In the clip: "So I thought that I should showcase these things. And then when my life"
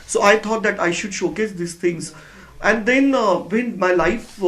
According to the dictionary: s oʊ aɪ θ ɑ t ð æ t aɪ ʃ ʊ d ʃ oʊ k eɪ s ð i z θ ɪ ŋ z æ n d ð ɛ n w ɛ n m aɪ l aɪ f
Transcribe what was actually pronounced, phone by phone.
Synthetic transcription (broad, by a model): s oʊ aɪ t ɑ t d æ t aɪ ʃ ʊ d ʃ oʊ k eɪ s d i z t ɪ ŋ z æ n d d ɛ n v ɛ n m aɪ l aɪ f